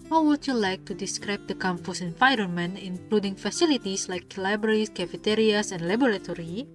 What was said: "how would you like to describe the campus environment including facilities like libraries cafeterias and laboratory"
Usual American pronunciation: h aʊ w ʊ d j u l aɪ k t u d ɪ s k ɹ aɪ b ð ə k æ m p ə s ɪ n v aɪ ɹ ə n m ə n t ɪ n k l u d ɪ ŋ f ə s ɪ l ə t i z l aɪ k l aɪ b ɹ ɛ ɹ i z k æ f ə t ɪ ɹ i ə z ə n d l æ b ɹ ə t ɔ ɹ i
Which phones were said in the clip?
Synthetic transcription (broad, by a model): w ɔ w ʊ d j u l aɪ k t u d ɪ s k ɹ aɪ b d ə k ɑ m f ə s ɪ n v aɪ ɹ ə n m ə n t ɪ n k l u d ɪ ŋ f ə s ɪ l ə t i s l aɪ k l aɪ b ʌ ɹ i s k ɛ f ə t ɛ ɹ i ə s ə n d l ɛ b ɹ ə t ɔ ɹ i